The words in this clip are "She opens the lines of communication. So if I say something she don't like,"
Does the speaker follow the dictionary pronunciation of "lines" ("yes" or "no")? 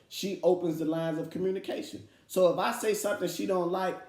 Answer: yes